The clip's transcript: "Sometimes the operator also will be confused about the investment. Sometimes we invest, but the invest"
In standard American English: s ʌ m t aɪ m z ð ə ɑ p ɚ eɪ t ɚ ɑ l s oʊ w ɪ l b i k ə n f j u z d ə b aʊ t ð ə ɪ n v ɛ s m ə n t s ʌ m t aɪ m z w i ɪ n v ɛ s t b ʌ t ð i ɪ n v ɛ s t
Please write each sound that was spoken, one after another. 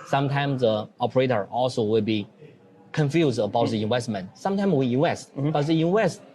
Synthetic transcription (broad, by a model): s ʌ m t aɪ m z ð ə ɑ p ɚ eɪ t ɚ ɑ l s oʊ w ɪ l b i k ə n f j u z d ə b aʊ t ð ə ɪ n w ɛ s m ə n s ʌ m t aɪ m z w i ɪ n w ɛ s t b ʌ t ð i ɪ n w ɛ s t